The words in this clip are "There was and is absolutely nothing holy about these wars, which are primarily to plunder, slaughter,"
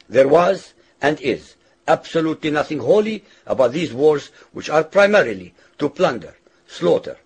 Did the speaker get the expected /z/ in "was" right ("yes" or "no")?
yes